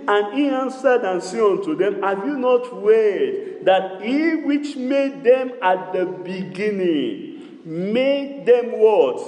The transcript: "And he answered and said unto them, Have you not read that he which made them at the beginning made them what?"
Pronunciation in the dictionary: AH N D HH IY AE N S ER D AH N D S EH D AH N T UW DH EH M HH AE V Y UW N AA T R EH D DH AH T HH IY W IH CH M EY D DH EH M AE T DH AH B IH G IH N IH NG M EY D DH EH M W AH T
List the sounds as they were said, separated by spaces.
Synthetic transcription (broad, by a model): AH N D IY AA N S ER D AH N S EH AO N T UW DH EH M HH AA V Y UW N AA T W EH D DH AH T HH IY W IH CH M EY D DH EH M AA T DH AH B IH G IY N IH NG M EY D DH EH M W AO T